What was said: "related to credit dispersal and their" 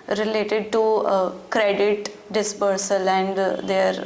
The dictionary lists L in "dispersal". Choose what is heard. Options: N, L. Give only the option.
L